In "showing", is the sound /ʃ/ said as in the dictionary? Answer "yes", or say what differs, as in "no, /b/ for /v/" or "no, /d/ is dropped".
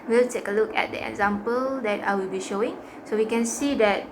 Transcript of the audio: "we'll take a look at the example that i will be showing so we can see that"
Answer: yes